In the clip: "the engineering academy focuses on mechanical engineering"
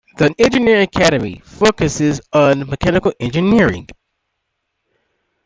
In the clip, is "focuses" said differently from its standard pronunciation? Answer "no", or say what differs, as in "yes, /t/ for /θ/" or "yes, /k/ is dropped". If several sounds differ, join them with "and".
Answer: no